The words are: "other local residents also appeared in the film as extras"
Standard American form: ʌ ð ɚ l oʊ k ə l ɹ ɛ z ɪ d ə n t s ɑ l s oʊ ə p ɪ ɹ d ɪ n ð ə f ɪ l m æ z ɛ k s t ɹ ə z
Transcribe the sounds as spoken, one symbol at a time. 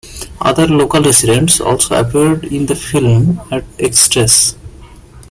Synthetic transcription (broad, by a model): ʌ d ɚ l oʊ k ə l ɹ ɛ s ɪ d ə n t s ɑ l s oʊ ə p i ɹ d ɪ n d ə f ɪ l m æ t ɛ k s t ɹ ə s